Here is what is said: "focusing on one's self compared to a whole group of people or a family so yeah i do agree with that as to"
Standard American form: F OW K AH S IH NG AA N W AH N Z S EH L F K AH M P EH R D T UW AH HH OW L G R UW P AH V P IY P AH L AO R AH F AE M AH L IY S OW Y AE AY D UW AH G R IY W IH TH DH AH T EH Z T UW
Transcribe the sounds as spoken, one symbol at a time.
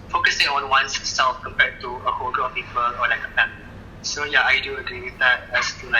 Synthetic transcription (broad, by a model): F OW K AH S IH NG AA N W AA N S S EH L F K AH M P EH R T UW AH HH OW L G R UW AH P IY P AH L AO L AH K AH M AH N S OW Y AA AY D UW AH G R IY W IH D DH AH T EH S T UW